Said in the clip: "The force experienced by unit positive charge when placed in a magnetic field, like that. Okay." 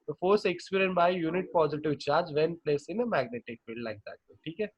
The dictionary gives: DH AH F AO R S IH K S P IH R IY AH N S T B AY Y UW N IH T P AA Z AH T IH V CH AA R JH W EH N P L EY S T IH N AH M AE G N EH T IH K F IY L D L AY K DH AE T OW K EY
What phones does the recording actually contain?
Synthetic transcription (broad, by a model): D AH F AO R S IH K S P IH R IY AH N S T B AY Y UW N IH T P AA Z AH T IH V CH AA R JH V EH N P L EY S IH N AH M AE G N EH T IH K F IY L D L AY K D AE T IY K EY